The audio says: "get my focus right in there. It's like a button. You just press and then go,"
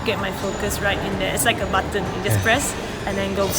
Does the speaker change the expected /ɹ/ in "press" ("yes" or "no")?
no